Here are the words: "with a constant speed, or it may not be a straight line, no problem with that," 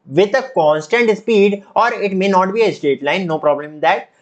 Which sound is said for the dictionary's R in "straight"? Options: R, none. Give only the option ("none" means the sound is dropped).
none